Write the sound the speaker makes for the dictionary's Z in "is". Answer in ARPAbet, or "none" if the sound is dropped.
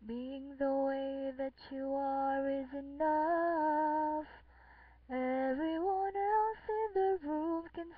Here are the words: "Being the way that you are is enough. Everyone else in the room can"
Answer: Z